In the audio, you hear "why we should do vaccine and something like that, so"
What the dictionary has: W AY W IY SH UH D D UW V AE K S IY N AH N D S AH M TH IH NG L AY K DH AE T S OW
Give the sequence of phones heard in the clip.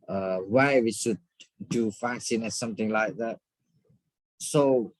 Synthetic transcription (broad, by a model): W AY W IY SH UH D D UW F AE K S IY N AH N S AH M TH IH NG L AY K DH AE T S OW